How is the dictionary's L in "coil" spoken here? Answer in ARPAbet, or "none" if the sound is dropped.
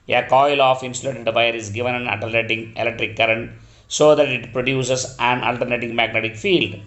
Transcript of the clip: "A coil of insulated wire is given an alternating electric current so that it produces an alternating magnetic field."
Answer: L